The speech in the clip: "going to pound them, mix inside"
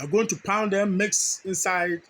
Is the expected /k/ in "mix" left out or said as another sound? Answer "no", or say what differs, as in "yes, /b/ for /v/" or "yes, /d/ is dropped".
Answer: no